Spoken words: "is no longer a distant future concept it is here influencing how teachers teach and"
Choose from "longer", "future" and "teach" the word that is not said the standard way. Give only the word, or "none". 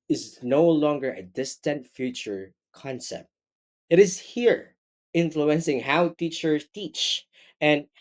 none